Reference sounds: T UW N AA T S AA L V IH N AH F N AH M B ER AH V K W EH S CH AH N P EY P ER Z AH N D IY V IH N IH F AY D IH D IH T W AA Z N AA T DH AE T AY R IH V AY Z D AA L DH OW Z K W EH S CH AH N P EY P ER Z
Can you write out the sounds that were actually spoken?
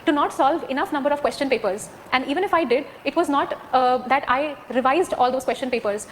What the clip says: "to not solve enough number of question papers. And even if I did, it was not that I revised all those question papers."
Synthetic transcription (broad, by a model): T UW N AA T S AA L V IH N AH F N AH M B ER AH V K W EH S CH AH N P EY P ER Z AH N D IY V IH N IH F AY D IH D IH T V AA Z N AA T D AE T AY R IH V AY Z D AA L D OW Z K W EH S CH AH N P EY P ER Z